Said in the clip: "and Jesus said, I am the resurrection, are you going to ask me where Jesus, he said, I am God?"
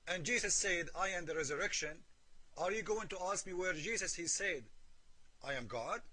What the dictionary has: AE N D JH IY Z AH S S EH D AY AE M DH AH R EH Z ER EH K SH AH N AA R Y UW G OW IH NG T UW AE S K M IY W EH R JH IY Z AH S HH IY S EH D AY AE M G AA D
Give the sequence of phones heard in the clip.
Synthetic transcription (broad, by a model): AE N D JH IY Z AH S S EH D AY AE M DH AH R EH Z ER EH K SH AH N AA R Y UW G OW IH NG T UW AE S K M IY W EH R JH IY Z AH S HH IY S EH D AY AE M G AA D